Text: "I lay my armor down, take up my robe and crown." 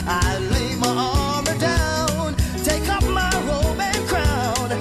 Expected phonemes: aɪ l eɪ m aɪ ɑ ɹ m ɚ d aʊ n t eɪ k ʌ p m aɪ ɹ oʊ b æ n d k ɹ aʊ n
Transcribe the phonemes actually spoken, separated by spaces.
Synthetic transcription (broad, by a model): aɪ l eɪ m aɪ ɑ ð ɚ d aʊ n t eɪ k ʌ p m aɪ ɹ oʊ b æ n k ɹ aʊ n